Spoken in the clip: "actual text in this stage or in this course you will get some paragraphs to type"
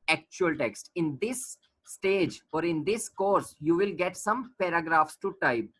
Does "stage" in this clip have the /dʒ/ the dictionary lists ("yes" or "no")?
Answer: yes